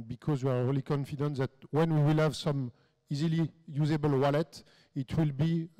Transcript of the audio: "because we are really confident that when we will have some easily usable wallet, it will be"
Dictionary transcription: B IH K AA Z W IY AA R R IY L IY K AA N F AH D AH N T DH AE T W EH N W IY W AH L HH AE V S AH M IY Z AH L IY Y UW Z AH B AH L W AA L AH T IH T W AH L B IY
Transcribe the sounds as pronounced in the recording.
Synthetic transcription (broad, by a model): B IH K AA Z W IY AA R R IY L IY K AA N F AH D AH N T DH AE T W EH N W IY W AH L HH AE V S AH M IY Z AH L IY Y UW Z AH B AH L W AA L AH T IH T W AH L B IY